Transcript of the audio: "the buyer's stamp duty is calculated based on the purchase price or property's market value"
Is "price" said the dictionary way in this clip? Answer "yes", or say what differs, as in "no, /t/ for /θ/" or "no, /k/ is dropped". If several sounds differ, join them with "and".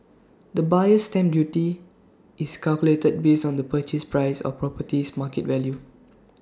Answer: yes